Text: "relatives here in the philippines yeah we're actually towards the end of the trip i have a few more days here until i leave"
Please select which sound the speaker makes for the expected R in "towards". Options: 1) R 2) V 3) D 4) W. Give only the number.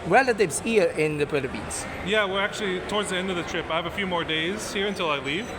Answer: 1